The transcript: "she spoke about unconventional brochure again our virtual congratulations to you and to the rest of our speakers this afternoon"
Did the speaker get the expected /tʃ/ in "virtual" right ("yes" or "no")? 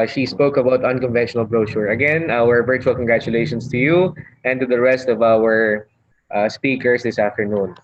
yes